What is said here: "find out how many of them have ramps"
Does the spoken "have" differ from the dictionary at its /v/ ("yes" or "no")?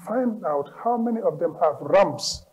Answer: no